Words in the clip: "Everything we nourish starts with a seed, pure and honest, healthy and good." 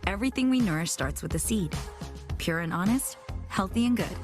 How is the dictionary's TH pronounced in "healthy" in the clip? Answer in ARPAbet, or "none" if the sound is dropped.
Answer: TH